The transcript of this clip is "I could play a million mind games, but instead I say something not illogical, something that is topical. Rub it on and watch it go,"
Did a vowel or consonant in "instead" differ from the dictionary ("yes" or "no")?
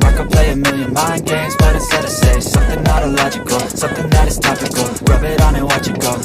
yes